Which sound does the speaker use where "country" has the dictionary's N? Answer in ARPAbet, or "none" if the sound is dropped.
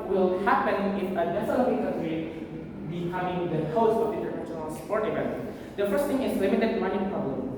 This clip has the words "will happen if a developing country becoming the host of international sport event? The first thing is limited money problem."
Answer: none